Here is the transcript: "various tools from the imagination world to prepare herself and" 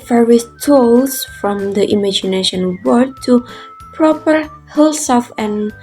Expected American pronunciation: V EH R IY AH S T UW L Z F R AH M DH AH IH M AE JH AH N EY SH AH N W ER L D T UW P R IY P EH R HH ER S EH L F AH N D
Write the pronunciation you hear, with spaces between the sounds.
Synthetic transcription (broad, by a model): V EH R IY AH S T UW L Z F R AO M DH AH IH M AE JH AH N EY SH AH N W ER D T UW P R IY P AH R HH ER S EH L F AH N